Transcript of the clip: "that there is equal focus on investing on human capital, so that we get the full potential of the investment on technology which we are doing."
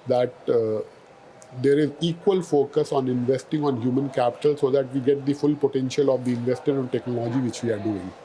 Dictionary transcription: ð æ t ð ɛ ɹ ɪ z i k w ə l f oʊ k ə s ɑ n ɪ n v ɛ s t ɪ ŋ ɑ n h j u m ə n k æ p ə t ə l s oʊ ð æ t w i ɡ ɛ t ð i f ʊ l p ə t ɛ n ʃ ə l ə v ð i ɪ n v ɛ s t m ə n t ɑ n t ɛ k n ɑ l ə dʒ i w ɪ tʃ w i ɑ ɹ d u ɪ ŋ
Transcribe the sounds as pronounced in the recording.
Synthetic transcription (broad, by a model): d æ t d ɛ ɹ ɪ z i k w ə l f oʊ k ə s ɑ n ɪ n v ɛ s t ɪ ŋ ɑ n h j u m ə n k æ p ə t ə l s oʊ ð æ t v i ɡ ɛ t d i f ʊ l p ə t ɛ n ʃ ə l ə v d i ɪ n v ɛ s t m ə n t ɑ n t ɛ k n ɑ l ə dʒ i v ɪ tʃ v i ɑ ɹ d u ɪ ŋ